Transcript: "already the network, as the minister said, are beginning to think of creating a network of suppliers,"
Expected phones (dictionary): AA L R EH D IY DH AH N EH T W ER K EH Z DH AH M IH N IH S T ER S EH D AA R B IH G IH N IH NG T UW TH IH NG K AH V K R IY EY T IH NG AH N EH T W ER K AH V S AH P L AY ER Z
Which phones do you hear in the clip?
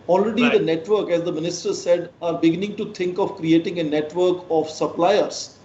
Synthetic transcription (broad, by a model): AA L R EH D IY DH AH N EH T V ER K EH Z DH AH M IH N IH S T ER S EH D AA R B IH G IH N IH NG T UW T IH NG K AH V K R IY EY T IH NG AH N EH T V ER K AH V S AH P L AY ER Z